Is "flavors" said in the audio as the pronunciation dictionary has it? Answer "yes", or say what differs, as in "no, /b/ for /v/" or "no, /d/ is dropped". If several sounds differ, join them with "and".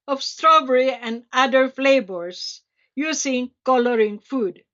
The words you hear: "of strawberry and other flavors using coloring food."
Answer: no, /b/ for /v/